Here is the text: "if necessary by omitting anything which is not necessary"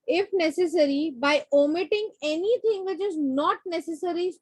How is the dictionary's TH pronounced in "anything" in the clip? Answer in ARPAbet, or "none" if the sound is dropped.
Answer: T